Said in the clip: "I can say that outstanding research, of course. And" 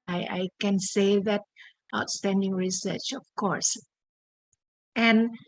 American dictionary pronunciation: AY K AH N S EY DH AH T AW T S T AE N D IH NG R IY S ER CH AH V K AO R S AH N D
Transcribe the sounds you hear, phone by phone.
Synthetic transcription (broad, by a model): AY K AH N S EY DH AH T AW T S T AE N D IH NG R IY S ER CH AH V K AO R S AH N